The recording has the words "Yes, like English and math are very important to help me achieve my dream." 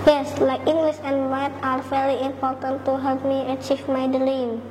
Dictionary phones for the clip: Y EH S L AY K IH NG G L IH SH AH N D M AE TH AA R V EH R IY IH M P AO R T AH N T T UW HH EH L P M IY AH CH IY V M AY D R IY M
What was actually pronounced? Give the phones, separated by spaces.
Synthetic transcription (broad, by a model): Y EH S L AY K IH NG G L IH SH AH N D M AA T AA R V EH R IY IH M P AO R T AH N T T UW HH EH L P M IY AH CH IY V M AY D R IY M